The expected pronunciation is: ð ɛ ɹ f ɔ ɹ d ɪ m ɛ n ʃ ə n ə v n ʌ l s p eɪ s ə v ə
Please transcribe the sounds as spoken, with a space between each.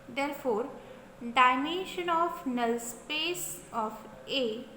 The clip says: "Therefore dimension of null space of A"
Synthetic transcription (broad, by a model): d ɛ ɹ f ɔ ɹ d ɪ ɪ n ʃ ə n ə f n ʌ l s p eɪ s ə f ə